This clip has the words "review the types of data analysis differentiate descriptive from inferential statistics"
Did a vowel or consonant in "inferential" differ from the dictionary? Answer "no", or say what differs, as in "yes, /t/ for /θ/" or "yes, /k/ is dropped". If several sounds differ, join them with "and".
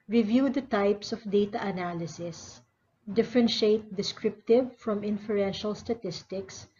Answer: no